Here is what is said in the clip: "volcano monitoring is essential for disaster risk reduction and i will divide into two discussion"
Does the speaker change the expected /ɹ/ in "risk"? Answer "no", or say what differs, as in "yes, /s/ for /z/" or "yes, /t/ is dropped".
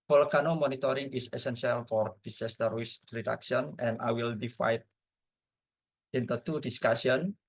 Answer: yes, /w/ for /ɹ/